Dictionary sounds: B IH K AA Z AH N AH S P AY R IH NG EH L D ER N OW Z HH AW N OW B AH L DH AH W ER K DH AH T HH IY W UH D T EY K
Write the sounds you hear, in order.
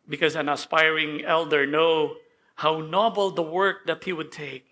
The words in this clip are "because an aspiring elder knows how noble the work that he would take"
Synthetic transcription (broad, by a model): B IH K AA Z AH N AH S P AY R IH NG EH L D ER N OW HH AW N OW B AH L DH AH W ER K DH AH T HH IY W UH D T EY K